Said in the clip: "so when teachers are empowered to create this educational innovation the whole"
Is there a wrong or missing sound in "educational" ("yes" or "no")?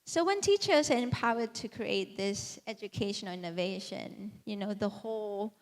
yes